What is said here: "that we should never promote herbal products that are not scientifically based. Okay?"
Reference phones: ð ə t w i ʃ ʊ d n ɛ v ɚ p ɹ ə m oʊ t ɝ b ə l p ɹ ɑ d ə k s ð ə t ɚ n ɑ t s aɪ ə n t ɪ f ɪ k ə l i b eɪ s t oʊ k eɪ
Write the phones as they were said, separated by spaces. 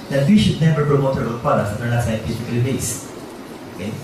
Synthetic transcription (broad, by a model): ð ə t w i ʃ ʊ d n ɛ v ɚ p ɹ ə m oʊ t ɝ ə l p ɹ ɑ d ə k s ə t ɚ l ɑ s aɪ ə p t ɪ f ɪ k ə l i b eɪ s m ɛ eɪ